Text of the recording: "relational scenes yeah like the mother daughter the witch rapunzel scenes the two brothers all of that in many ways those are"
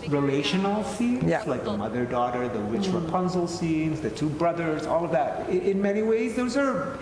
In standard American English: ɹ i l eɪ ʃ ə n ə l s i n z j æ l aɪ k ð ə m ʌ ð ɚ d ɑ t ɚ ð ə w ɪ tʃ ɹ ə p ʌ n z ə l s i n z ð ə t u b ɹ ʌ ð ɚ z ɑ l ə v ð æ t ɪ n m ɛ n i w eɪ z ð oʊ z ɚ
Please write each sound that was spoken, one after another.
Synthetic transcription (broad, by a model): ɹ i l eɪ ʃ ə n l s i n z l aɪ k ð ə m ʌ ð ɚ d ɑ t ɚ ð ə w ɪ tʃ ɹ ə p ʌ n z l s i n z ð ə t u b ɹ ʌ ð ɚ z ɑ l ə v ð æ t ɪ n m ɛ n i w eɪ z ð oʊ z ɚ